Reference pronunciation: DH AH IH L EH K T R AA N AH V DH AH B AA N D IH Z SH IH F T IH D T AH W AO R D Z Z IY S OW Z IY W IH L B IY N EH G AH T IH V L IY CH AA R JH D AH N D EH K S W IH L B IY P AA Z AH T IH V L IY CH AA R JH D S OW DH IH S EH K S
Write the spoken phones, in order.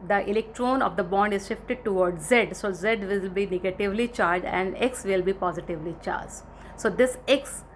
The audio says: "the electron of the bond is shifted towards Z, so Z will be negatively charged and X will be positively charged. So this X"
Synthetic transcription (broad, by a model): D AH IH L EH K T R AA N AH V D AH B AA N D IH Z SH IH F T IH D T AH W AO R D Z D S OW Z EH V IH L B IY N EH G AH T IH V L IY CH AA R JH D AH N D EH K S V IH L B IY P AA Z AH T IH V L IY CH AA R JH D S OW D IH S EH K S